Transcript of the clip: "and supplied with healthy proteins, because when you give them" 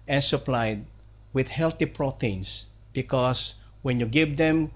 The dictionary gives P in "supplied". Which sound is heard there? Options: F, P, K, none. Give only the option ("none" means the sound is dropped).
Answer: P